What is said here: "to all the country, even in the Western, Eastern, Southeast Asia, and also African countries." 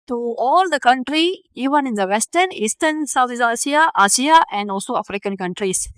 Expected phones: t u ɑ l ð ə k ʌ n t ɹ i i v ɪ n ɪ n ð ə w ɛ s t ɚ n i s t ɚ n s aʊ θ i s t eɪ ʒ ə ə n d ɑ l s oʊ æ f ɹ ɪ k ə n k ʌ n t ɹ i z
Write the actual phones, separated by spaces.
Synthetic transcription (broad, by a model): t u ɑ l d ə k ʌ n t ɹ i i v ɪ n ɪ n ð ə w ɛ s t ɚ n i s t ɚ n s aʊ s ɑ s t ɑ s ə ə n d ɑ l s oʊ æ f ɹ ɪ k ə n k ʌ n t ɹ i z